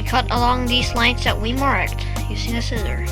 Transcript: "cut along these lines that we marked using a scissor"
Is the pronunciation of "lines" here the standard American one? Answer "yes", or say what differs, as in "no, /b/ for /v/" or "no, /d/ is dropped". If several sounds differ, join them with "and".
no, /s/ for /z/